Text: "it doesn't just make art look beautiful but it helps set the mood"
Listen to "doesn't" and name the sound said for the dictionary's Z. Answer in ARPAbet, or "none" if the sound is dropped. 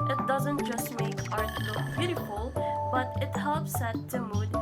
Z